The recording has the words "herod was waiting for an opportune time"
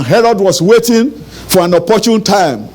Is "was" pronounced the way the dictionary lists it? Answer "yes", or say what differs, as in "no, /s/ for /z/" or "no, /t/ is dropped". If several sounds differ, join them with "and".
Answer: no, /s/ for /z/